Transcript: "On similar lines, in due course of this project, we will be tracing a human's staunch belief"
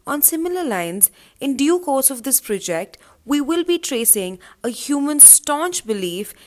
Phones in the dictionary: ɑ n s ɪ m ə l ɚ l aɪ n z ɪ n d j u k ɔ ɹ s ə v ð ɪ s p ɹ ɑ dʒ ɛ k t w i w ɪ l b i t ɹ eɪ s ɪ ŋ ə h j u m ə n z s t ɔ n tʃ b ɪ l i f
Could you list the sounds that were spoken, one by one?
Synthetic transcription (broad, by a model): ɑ n s ɪ m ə l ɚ l aɪ n z ɪ n d j u k ɔ ɹ s ə v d ɪ s p ɹ ɑ dʒ ɛ k t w i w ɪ l b i t ɹ eɪ s ɪ ŋ ə h j u m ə n s t ɔ n tʃ b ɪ l i f